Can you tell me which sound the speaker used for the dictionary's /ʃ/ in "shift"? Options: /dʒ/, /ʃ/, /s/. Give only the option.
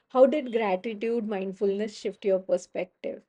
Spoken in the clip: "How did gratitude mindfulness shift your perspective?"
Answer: /ʃ/